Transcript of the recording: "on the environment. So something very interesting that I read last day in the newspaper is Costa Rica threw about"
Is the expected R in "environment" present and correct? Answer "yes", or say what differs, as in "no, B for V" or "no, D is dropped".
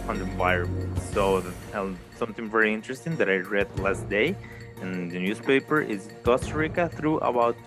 no, R is dropped